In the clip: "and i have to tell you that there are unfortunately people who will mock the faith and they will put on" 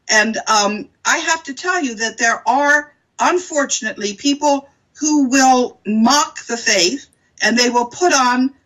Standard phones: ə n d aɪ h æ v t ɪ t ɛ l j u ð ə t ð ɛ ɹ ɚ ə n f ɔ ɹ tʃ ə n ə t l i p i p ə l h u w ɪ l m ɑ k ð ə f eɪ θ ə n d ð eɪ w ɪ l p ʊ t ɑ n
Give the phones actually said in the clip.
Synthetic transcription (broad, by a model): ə n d aɪ h æ f t ɪ t ɛ l j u ð ə t ð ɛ ɹ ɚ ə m f ɔ ɹ tʃ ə n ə t l i p i p l h u w ɪ l m ɑ k ð ə f eɪ θ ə n ð eɪ w ɪ l p ʊ t n